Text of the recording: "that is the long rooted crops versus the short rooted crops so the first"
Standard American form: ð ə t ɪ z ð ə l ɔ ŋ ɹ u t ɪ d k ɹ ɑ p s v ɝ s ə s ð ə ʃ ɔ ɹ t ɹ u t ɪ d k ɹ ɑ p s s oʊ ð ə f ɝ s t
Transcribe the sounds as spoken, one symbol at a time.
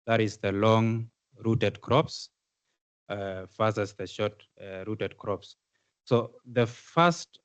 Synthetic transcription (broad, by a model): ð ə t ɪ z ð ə l ɔ ŋ ɹ u t ɪ d k ɹ ɑ p s f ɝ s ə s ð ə ʃ ɔ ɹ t ɹ u t ɪ d k ɹ ɑ p s s oʊ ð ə f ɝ s t